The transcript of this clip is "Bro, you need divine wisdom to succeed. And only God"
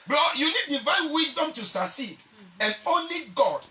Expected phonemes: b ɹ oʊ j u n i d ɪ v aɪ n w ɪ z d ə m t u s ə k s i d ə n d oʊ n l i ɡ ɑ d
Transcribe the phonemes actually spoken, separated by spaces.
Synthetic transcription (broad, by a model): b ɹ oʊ j u n i d ɪ v aɪ n w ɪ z d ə m t u s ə s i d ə n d oʊ n l i ɡ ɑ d